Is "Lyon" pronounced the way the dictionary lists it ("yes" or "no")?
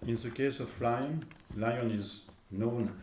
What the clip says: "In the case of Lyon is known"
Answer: yes